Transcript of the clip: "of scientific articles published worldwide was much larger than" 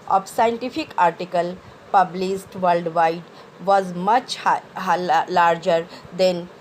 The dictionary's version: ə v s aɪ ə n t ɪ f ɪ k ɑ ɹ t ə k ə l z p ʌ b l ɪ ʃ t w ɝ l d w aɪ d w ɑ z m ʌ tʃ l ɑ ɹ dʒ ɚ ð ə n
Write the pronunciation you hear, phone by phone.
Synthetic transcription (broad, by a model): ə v s aɪ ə n t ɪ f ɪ k ɑ ɹ t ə k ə l p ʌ b l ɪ s t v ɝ l d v aɪ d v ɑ z m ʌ tʃ l ɑ ɹ dʒ ɚ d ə n